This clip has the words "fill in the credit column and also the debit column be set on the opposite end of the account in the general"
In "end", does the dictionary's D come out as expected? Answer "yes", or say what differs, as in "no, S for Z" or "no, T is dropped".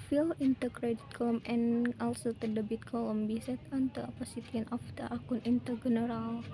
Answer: no, D is dropped